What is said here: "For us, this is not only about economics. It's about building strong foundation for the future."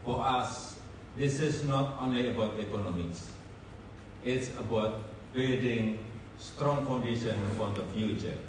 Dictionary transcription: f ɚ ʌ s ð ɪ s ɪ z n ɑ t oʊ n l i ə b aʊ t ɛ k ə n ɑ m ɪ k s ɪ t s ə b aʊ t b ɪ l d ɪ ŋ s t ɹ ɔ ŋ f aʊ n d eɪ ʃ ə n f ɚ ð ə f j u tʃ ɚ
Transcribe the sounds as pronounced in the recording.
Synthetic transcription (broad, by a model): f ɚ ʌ s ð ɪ s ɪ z n ɑ t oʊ n l i ə b aʊ t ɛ k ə n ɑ m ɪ k s ɪ t s ə b aʊ t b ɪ d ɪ ŋ s t ɹ ɔ ŋ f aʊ n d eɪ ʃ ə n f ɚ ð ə f j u tʃ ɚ